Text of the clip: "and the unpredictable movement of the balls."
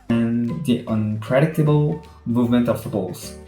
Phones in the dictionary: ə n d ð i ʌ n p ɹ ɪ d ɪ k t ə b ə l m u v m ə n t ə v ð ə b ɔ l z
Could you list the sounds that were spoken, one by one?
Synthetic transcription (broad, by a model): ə n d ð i ʌ n p ɹ ɪ d ɪ k t ə b ə l m u v m ə n t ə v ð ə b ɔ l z